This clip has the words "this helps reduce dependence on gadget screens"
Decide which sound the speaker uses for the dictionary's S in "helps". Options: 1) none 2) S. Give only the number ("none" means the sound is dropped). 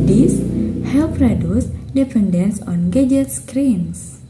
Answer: 1